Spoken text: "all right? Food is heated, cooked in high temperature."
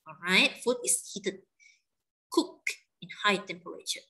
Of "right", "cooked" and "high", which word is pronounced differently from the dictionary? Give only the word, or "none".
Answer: cooked